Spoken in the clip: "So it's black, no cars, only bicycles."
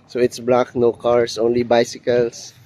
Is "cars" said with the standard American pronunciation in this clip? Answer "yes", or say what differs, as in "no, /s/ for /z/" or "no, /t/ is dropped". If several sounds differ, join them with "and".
no, /s/ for /z/